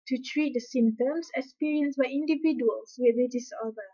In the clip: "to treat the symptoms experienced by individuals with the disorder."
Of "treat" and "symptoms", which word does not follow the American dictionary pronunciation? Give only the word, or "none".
symptoms